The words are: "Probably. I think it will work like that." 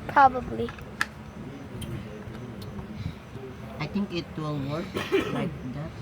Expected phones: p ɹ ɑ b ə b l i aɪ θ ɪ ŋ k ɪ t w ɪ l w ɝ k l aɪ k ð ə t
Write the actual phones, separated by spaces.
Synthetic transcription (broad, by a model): p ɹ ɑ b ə b l i aɪ t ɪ ŋ k ɪ t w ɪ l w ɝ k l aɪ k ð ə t